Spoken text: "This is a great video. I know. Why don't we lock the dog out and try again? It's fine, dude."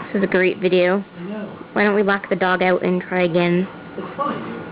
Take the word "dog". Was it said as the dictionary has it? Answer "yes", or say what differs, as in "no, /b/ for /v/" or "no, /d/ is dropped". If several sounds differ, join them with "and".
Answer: yes